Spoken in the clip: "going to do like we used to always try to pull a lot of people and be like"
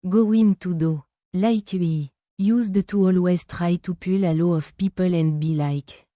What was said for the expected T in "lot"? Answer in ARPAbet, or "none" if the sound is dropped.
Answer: none